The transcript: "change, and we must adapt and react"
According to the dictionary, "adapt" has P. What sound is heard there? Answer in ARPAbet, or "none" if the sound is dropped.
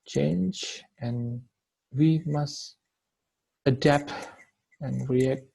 P